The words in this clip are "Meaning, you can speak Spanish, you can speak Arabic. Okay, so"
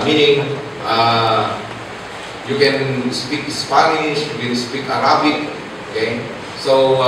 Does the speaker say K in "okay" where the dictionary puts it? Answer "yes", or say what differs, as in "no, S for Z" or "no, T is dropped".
yes